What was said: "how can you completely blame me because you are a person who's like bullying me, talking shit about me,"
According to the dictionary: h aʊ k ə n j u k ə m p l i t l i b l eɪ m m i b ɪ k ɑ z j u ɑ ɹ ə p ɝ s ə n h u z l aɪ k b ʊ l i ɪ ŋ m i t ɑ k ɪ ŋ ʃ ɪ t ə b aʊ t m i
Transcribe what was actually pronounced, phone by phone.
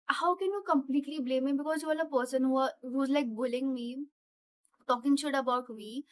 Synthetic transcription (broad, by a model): h aʊ k ə n j u k ə m p l i t l i b l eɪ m m i b ɪ k ɑ z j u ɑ l ə p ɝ s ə n h u z l aɪ k b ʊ l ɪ ŋ m i t ɑ k ɪ ŋ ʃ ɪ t ə b aʊ t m i